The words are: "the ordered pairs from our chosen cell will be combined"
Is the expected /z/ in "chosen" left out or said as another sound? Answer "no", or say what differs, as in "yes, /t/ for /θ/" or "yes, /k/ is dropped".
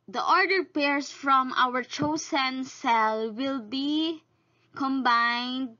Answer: yes, /s/ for /z/